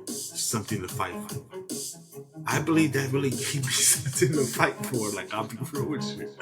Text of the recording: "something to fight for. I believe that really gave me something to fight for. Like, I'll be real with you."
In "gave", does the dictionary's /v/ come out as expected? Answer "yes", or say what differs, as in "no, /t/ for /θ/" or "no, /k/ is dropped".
no, /p/ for /v/